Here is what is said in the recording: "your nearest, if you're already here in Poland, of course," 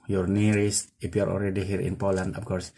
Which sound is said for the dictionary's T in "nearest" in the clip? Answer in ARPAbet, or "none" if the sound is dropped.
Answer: none